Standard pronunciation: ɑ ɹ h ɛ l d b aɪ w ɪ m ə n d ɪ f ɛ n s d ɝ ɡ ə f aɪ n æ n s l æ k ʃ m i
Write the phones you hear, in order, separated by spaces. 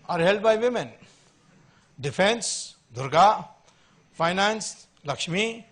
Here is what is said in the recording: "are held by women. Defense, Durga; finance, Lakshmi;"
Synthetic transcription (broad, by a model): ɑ ɹ h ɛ l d b aɪ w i m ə n d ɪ p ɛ n s d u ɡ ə p aɪ n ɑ n s l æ k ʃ m i